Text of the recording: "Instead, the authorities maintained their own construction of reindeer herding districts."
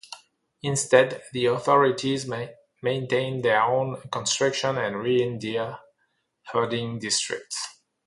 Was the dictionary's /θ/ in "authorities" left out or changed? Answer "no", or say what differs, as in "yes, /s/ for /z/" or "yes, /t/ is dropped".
no